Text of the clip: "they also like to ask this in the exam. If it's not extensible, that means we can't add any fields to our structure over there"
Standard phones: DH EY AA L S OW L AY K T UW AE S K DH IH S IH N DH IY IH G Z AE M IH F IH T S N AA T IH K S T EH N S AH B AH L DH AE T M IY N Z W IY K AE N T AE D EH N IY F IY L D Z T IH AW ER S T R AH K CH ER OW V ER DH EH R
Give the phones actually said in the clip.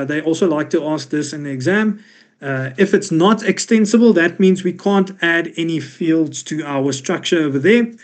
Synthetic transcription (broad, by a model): DH EY AA L S OW L AY K T UW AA S K DH IH S IH N DH IY IH G Z AE M IH F IH T S N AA T IH K S T EH N S AH B AH L DH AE T M IY N Z W IY K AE N T AE D EH N IY F IY L D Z T IH AW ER S T R AH K CH ER OW V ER DH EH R